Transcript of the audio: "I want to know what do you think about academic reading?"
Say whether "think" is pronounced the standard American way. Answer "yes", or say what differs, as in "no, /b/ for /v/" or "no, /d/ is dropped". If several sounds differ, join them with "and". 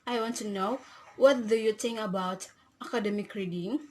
no, /k/ is dropped